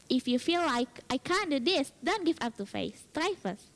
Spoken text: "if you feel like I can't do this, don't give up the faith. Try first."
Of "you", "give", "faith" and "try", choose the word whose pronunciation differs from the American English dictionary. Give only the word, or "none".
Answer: faith